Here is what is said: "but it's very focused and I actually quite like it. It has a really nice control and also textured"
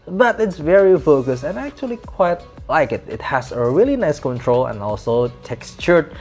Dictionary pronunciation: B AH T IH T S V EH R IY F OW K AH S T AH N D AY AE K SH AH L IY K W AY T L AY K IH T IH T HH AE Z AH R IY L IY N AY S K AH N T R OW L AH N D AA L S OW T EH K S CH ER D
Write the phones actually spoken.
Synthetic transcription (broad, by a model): B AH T IH T S V EH R IY F OW K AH S AH N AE K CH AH L IY K W AY T L AY K IH T IH T HH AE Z AH R IY L IY N AY S K AH N T R OW L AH N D AA L S OW T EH K S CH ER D